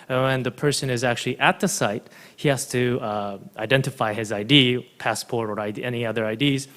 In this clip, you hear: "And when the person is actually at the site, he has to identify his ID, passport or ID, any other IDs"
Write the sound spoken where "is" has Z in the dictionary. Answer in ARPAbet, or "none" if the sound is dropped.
Z